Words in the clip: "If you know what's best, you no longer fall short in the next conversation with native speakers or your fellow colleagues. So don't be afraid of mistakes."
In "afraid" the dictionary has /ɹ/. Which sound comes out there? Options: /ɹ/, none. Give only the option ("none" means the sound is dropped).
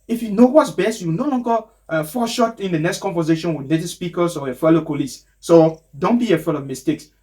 none